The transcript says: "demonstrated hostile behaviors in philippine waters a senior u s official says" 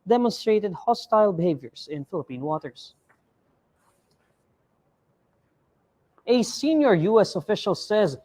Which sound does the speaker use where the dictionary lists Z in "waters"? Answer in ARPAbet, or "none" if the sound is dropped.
S